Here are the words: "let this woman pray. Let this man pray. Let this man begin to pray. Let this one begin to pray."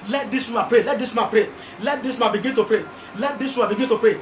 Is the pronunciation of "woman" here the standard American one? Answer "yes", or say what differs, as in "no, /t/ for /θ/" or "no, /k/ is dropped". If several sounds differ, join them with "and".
no, /m/ is dropped